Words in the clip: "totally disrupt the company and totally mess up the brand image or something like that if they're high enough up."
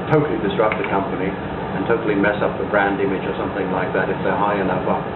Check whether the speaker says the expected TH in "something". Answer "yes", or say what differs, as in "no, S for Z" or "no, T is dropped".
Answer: yes